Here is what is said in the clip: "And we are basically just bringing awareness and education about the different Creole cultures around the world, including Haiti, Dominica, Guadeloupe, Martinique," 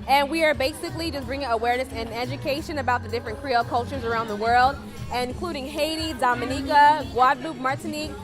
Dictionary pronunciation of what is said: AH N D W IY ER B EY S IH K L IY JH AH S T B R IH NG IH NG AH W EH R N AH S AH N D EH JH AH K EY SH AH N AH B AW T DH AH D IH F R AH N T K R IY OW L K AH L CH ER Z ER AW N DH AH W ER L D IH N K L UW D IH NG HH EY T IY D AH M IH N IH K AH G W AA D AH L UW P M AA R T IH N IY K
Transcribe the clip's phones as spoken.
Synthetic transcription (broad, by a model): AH N W IY ER B EY S IH K L IY JH AH S B R IH NG IH NG AH W EH R N AH S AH N EH JH AH K EY SH AH N AH B AW T DH AH D IH F R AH N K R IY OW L K AH L CH ER Z ER AW N DH AH W ER L D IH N K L UW D IH NG HH EY T IY D AH M IH N IH K AH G W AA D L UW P M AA R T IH N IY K